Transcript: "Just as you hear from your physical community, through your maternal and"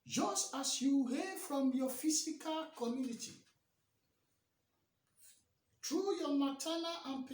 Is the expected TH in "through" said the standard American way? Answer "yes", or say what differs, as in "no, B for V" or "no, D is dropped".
no, T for TH